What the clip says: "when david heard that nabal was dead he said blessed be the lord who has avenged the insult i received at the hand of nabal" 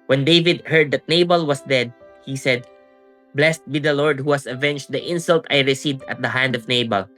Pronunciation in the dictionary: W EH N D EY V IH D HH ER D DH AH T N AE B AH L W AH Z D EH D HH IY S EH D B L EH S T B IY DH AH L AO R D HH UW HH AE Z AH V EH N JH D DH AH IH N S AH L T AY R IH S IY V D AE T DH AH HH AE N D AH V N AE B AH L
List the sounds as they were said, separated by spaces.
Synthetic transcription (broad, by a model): W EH N D EY V IH D HH ER D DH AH T N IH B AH L W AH S D EH D HH IY S EH D B L EH S T B IY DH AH L AO R D HH UW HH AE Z AH V EH N JH D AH IH N S AH L T AY R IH S IY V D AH T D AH HH AE N D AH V N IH B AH L